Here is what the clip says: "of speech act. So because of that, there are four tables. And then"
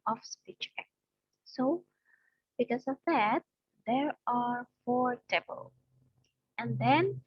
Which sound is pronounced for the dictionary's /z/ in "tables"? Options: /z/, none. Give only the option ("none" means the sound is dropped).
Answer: none